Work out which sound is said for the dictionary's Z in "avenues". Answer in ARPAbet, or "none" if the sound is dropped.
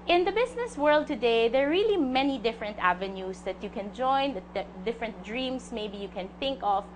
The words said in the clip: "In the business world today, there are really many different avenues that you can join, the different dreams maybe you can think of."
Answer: S